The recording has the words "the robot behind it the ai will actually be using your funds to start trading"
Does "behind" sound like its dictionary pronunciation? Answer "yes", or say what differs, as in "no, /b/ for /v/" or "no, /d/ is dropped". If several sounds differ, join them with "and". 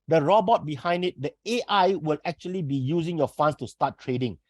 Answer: yes